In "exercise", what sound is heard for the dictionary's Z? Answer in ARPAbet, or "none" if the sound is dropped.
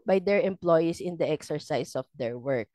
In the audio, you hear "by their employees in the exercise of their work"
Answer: S